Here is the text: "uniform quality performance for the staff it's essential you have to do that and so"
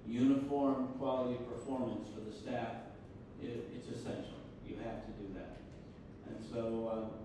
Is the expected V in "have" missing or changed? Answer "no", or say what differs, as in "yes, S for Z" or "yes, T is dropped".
yes, F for V